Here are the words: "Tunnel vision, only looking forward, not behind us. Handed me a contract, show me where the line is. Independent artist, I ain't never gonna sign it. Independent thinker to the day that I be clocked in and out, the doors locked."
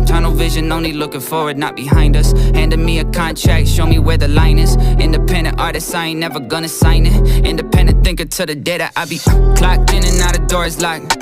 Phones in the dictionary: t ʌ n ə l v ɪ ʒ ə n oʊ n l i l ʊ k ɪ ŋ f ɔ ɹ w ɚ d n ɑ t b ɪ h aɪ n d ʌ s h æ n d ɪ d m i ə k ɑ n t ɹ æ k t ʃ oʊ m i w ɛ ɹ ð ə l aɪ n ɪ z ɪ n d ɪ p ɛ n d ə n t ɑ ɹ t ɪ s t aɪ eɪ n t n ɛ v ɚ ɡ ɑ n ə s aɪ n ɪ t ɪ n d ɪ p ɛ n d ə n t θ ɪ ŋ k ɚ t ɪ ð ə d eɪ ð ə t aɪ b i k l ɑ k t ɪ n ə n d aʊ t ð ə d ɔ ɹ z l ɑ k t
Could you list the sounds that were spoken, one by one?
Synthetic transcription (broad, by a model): t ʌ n l v ɪ ʒ ə n oʊ n l i l ʊ k ɪ ŋ f ɔ ɹ w ɚ d n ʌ t b ɪ h aɪ n d ʌ s h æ n d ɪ m i ə k ɑ n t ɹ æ k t ʃ oʊ m i w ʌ ɹ ð ə l aɪ n ɪ z ɪ n d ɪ p ɛ n d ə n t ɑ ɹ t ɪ s aɪ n n ɛ v ɚ ɡ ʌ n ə s aɪ n ɪ t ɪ n d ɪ p ɛ n d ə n θ ɪ ŋ k ɚ t ɪ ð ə d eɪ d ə t aɪ b i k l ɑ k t ɪ n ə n aʊ t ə d ɔ ɹ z l ɑ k